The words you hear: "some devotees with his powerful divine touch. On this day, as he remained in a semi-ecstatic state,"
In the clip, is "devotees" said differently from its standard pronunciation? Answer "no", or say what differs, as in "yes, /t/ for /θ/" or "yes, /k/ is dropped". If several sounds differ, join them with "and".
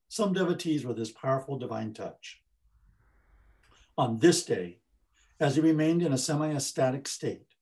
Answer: no